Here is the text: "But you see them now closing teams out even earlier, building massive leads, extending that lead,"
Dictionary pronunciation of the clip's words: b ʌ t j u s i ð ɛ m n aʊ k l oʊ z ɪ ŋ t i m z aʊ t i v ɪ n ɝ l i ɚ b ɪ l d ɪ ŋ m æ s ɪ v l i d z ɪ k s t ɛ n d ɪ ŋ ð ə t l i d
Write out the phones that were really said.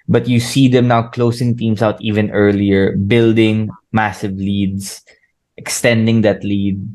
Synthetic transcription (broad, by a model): b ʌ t j u s i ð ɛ m n aʊ k l oʊ s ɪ ŋ t i m s aʊ t i v ɪ n ɝ l i ɚ b ɪ l d ɪ ŋ m æ s ɪ v l i d s ɪ k s t ɛ n d ɪ ŋ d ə t l i d